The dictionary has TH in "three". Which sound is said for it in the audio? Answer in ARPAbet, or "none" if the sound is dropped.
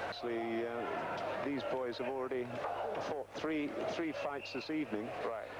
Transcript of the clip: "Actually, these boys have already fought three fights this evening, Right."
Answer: TH